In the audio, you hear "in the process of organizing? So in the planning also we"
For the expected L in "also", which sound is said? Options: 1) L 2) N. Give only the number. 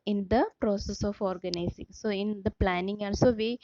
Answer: 2